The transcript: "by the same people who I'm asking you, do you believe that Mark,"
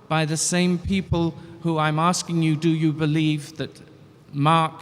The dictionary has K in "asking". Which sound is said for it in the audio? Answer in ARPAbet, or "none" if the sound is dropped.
K